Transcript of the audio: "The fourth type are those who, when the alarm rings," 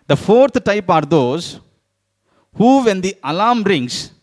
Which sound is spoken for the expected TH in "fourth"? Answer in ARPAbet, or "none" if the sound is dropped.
T